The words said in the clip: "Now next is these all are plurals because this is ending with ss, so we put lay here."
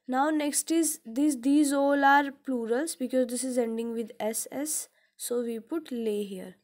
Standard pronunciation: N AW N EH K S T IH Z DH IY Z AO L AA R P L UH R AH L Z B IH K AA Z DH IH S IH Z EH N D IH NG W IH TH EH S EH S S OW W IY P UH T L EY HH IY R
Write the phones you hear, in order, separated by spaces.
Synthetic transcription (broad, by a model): N AW N EH K S T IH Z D IY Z AO L AA R P L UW R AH L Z B IH K AA Z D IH S IH Z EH N D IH NG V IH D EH S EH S S OW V IY P UH T L EY HH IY R